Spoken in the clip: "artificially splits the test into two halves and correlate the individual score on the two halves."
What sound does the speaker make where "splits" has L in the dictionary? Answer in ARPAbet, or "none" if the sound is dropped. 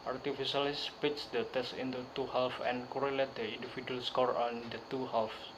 none